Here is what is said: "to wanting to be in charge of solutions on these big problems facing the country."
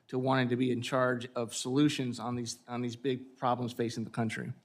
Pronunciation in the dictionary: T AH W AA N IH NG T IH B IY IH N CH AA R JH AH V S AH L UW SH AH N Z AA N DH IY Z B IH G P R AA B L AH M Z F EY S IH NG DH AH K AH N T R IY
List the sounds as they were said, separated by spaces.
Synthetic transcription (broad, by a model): T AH W AA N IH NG T IH B IY IH N CH AA R JH AH V S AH L UW SH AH N Z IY N DH IY Z B IH G P R AA B L AH M Z F EY S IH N DH AH K AH N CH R IY